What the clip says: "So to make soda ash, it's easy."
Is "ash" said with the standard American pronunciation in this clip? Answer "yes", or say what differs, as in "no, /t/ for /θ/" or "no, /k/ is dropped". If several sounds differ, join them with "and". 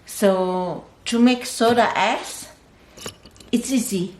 no, /s/ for /ʃ/